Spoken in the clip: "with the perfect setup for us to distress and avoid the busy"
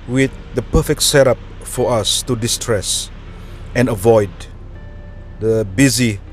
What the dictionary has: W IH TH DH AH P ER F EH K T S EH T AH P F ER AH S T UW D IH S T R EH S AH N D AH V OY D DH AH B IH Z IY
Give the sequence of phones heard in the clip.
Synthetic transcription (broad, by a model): W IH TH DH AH P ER F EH K T S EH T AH P F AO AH S T UW D IH S T R EH S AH N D AH V OY D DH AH B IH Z IY